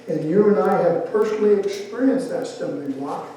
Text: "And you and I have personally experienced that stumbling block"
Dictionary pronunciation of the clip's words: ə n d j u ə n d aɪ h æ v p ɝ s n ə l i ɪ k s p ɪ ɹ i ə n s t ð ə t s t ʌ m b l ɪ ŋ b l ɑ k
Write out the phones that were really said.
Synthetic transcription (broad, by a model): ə n j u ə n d aɪ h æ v p ɝ s n l i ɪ k s p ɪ ɹ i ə n s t ð ə t s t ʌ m l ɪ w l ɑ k